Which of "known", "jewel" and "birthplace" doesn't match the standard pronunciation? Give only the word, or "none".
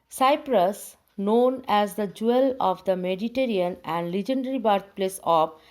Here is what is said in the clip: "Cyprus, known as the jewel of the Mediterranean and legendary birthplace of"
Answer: birthplace